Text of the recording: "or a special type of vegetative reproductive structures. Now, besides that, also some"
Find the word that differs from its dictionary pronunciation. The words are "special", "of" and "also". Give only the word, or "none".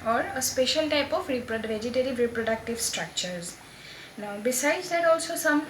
of